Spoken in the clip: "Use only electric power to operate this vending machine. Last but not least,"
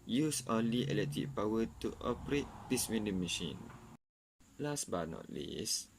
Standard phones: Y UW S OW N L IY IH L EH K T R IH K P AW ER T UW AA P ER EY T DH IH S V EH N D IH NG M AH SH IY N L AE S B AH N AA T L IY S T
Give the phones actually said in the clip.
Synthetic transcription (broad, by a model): Y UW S OW N L IY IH L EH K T IH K P AW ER T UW AA P ER EY T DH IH S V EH N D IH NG M AH SH IY N L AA S B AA N AA T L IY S